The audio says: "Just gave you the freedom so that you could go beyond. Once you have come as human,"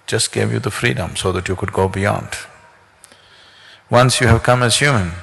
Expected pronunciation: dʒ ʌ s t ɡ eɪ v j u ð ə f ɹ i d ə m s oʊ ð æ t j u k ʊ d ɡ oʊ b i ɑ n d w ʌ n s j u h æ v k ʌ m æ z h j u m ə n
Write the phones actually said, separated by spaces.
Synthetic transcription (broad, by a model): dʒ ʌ s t ɡ eɪ v j u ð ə f ɹ i d ə m s oʊ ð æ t j u k ʊ d ɡ oʊ b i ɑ n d w ʌ n s j u h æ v k ʌ m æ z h j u m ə n